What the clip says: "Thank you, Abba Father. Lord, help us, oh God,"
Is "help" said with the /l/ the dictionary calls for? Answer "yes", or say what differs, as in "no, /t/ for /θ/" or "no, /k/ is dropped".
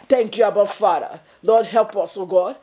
yes